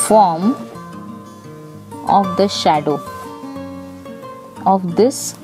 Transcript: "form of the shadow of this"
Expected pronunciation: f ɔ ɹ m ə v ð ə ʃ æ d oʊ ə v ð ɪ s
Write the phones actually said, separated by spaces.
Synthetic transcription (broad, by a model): f ɔ ɹ m ə v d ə ʃ æ d oʊ ə v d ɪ s